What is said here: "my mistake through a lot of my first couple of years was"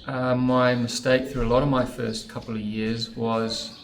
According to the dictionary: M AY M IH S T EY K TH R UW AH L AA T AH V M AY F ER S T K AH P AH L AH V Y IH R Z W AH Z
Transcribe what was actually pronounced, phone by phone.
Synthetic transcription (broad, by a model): M AY M IH S T EY K TH R UW AH L AA T AH V M AY F ER S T K AH P L AH V Y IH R Z W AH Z